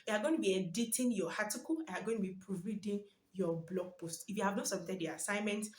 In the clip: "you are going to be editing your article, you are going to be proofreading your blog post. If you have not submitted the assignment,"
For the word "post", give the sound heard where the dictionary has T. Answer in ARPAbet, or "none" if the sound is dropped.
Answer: T